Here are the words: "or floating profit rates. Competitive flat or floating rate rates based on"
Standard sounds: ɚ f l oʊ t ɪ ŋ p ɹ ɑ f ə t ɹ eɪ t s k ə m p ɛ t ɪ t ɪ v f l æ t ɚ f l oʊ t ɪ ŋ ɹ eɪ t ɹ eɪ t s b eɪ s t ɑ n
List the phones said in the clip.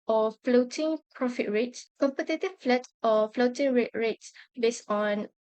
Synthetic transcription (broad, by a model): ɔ f l oʊ t ɪ ŋ p ɹ ɑ f ə t ɹ eɪ t s k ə m p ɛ t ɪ t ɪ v f l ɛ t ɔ f l oʊ t ɪ ŋ ɹ eɪ t ɹ eɪ t s b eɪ s ɑ n